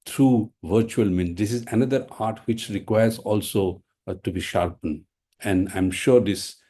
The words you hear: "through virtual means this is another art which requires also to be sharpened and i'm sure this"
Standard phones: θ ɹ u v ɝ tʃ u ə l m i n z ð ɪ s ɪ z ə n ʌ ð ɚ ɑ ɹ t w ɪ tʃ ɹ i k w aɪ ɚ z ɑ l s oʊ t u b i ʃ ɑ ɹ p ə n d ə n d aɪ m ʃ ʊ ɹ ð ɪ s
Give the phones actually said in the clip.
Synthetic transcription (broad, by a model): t ɹ u v ɝ tʃ u ə l m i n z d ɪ s ɪ z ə n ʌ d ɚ ɑ ɹ t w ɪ tʃ ɹ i k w aɪ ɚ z ɑ l s oʊ t u b i ʃ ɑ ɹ p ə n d ə n d aɪ m ʃ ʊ ɹ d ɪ s